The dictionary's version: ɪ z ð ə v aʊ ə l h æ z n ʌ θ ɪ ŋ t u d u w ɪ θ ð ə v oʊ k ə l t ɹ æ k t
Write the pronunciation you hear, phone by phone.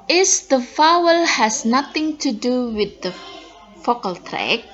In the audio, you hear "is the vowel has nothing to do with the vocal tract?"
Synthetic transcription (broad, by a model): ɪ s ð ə f aʊ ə l h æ s n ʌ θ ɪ ŋ t u d u w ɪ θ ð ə f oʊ k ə l t ɹ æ k